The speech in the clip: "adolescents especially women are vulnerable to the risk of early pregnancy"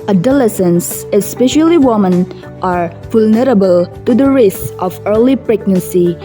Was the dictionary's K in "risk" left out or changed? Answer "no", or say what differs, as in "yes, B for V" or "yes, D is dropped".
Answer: yes, K is dropped